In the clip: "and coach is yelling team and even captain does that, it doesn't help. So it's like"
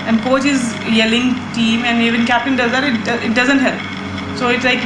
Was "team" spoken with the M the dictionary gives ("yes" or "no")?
yes